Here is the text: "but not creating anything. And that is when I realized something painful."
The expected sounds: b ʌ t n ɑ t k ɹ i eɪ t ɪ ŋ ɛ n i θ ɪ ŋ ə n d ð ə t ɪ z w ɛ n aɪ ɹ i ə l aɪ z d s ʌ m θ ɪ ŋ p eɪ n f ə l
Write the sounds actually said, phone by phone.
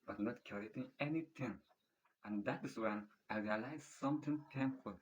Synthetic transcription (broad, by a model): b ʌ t n ɑ t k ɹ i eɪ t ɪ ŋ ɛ n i t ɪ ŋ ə n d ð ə t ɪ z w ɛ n aɪ ɹ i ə l aɪ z s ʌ m t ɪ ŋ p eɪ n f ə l